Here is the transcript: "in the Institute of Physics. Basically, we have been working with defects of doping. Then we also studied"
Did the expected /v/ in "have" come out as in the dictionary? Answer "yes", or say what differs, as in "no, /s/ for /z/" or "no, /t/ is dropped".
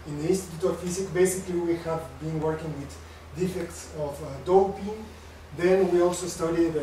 yes